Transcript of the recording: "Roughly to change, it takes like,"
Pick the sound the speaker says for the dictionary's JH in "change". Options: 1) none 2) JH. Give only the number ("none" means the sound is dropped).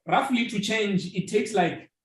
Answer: 2